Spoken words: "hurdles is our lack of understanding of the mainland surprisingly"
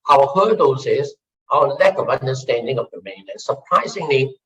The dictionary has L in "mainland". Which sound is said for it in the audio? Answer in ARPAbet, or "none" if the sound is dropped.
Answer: none